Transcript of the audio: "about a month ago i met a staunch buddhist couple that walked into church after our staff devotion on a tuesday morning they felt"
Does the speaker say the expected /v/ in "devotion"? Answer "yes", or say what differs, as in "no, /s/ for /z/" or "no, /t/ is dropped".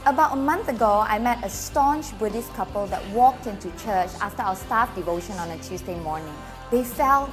yes